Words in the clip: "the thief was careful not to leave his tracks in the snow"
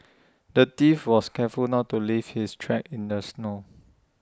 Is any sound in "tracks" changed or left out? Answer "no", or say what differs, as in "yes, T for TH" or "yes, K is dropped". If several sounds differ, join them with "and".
yes, S is dropped